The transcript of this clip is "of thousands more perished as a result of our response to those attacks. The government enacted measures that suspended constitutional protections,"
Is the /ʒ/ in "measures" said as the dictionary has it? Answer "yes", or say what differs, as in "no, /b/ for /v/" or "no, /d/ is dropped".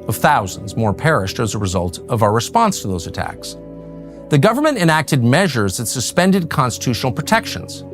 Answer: yes